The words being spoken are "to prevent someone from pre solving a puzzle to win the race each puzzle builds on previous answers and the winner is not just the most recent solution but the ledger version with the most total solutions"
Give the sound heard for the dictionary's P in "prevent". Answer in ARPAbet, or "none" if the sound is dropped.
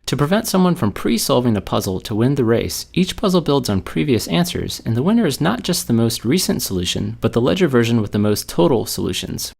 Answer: P